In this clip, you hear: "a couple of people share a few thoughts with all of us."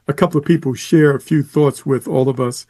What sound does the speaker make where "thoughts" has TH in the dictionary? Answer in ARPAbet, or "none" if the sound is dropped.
TH